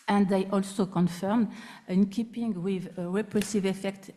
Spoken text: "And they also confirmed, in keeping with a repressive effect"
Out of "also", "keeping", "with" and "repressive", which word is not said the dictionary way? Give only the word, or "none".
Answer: none